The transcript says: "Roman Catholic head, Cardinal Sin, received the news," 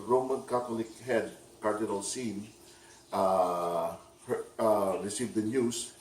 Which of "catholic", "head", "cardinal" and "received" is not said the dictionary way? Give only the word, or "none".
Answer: catholic